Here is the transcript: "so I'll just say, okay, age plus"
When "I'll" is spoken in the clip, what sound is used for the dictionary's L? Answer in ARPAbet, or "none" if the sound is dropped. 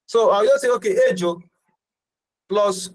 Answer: W